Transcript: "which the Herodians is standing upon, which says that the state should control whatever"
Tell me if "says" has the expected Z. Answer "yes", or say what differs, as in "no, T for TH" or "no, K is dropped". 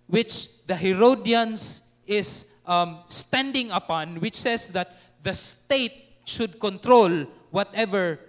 no, S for Z